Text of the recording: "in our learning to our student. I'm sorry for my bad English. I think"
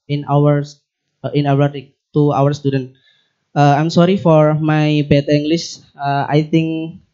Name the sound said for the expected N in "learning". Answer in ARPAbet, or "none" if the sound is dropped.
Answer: none